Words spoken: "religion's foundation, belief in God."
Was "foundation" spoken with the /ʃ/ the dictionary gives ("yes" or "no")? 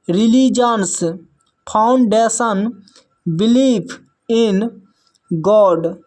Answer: no